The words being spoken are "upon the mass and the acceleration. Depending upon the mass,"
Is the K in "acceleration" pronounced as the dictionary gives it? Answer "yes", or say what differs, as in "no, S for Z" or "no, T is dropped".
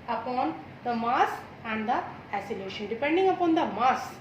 no, K is dropped